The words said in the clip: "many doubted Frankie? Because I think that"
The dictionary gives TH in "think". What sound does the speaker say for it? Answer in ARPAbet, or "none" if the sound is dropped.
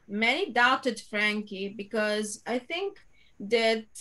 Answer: T